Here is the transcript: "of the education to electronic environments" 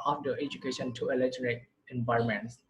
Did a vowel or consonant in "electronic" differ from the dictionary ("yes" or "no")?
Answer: yes